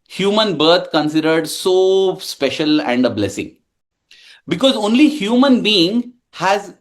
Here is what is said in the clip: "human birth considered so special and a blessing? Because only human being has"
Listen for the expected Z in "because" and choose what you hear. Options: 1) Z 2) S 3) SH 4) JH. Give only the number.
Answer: 1